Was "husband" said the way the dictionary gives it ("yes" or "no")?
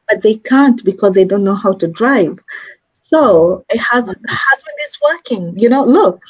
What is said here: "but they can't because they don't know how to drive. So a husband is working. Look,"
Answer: yes